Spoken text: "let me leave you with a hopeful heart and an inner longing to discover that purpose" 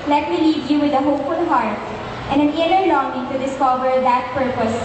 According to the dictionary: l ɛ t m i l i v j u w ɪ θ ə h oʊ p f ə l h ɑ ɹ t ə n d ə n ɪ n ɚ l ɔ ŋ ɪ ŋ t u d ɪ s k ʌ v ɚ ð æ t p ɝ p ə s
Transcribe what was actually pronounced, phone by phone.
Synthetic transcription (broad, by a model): l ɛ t m i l i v j u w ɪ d ə h oʊ p f ə l h ɑ ɹ t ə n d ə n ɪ l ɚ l ɔ ŋ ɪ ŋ t u d ɪ s k ʌ v ɚ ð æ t p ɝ p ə s